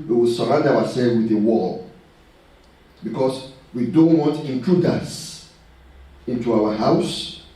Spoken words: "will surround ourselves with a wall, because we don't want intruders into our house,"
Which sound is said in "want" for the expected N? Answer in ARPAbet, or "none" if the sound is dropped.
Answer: none